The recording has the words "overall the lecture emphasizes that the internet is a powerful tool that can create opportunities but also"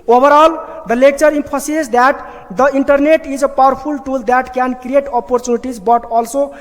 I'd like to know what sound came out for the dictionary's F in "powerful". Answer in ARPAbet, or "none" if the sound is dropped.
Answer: P